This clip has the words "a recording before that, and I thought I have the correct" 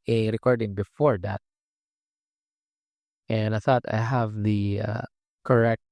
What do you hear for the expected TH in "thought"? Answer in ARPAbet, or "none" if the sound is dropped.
TH